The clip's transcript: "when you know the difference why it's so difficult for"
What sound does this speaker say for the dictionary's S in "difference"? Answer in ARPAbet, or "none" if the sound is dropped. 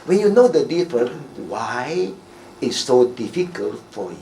none